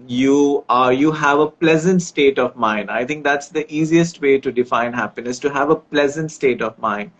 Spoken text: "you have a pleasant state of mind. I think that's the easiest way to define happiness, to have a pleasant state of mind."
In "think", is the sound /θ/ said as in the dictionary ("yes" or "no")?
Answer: no